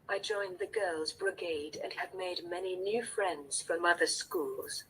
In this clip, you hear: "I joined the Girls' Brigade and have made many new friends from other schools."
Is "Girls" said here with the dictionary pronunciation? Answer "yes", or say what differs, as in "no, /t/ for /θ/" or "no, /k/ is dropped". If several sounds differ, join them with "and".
yes